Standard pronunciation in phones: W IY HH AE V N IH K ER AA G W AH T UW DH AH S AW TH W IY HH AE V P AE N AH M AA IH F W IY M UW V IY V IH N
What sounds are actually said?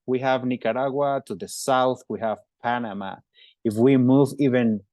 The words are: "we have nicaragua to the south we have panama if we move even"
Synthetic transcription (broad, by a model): W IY HH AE V N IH K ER AA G W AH T UW DH AH S AW TH W IY HH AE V P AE N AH M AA IH F W IY M UW V IY V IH N